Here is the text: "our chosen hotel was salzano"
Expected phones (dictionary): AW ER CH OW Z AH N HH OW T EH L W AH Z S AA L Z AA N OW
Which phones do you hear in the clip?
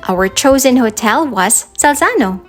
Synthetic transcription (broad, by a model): AW ER CH OW Z AH N HH OW T EH L W AH Z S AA L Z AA N OW